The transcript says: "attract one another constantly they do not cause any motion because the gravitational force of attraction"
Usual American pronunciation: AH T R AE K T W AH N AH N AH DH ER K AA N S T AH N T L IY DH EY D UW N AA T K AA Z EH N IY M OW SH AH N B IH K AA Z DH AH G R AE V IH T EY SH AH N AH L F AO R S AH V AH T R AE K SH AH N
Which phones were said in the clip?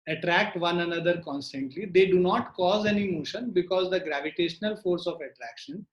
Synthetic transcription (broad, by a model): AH T R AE K T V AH N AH N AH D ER K AA N S T AH N T L IY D EY D UW N AA T K AA Z EH N IY M OW SH AH N B IH K AA Z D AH G R AE V IH T EY SH AH N AH L F AO R S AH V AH T R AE K SH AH N